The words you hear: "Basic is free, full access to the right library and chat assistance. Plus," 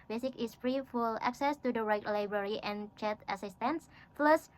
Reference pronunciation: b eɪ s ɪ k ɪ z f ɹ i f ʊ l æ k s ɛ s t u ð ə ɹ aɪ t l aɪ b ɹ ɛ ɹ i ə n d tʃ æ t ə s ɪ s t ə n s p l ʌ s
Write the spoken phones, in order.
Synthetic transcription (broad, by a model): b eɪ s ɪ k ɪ s f ɹ i f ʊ l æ k s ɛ s t u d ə ɹ aɪ t l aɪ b ɹ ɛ ɹ i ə n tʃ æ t ə s ɪ s t ə n s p l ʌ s